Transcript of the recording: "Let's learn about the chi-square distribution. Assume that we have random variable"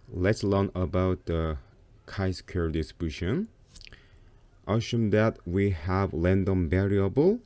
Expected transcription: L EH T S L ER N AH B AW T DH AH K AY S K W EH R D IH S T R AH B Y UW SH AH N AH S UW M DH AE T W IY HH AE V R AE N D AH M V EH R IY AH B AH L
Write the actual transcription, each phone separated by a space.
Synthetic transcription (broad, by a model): L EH T S L ER N AH B AW T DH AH K AY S K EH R D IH S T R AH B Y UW SH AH N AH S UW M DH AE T W IY HH AE V L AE N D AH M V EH R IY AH B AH L